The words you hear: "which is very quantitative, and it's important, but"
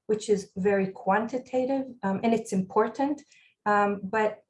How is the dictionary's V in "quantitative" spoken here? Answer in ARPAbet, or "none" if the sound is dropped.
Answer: V